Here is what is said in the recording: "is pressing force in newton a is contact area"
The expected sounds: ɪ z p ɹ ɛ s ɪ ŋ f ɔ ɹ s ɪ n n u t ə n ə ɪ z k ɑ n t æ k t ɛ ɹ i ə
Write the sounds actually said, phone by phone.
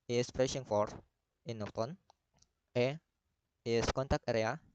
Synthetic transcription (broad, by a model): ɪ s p ɹ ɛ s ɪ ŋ f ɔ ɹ ɪ n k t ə n ə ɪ s k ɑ n t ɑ k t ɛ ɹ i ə